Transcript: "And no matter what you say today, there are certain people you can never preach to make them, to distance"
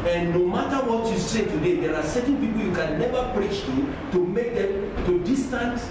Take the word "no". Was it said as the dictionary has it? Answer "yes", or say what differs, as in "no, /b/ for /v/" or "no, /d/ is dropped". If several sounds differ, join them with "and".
yes